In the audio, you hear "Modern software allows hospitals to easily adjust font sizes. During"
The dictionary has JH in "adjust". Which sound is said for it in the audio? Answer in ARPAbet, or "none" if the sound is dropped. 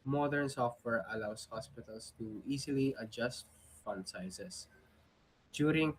JH